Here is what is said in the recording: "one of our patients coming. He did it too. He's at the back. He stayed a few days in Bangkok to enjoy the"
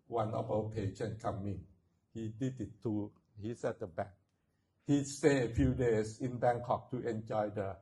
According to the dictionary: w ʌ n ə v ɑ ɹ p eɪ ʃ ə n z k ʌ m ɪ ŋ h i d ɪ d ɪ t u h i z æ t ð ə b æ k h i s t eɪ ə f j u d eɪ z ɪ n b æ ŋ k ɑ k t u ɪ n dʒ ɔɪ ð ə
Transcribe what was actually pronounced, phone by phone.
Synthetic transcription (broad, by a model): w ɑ n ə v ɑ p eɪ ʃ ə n k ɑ m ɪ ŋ h i d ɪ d ɪ t u h i s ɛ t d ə b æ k h i s t eɪ ə f j u d eɪ s ɪ n b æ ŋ k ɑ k t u ɪ n dʒ ɔɪ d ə